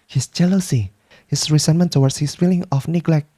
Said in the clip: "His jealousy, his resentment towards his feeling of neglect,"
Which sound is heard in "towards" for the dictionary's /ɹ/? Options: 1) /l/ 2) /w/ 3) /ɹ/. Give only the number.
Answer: 2